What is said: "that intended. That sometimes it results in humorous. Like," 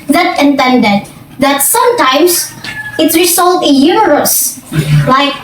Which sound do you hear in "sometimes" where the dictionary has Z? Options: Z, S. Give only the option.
S